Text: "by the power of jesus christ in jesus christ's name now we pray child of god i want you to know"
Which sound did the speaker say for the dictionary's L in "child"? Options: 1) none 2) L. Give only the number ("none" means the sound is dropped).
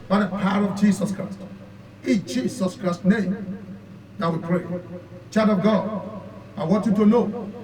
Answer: 1